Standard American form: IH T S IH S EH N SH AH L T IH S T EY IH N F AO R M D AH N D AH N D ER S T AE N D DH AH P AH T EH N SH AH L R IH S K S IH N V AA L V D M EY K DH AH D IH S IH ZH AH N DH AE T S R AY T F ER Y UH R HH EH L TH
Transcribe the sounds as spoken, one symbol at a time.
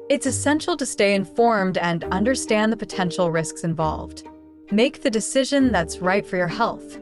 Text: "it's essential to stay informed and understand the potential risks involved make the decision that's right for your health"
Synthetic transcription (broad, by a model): IH T S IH S EH N SH L T IH S T EY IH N F AO R M D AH N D AH N D ER S T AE N DH AH P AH T EH N SH L R IH S K S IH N V AA L V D M EY K DH AH D IH S IH ZH AH N DH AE T S R AY T F ER Y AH R HH EH L TH